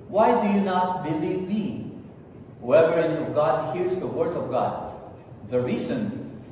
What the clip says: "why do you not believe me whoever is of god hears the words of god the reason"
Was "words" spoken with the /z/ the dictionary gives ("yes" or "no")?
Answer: no